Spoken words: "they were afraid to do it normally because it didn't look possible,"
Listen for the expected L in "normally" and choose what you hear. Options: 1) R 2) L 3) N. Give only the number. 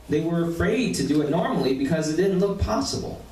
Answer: 2